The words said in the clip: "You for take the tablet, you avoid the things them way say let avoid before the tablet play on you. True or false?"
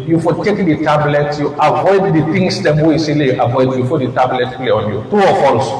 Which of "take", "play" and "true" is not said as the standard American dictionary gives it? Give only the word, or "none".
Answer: true